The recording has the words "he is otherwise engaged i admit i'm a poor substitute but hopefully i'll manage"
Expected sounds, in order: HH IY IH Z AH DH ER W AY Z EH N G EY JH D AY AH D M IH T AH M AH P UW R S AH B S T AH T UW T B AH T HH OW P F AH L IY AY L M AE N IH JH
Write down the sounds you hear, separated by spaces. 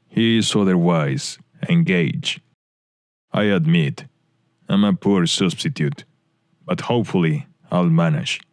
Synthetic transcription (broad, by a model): HH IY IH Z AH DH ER W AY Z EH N G EY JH AY AH D M IH T AH M AH P UW R S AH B S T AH T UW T B AH T HH OW P F AH L IY AY L M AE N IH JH